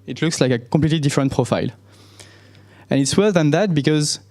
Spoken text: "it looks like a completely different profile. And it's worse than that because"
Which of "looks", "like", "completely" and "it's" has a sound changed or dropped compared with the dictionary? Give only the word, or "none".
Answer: completely